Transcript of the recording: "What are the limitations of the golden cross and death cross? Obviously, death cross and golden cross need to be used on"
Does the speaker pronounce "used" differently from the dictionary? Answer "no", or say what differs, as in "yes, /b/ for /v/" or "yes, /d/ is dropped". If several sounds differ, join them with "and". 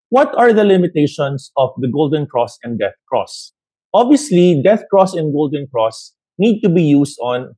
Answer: yes, /s/ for /z/